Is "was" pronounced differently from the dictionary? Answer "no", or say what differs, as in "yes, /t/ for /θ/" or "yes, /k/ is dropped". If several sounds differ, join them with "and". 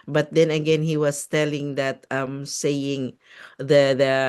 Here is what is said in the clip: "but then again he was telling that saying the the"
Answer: yes, /s/ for /z/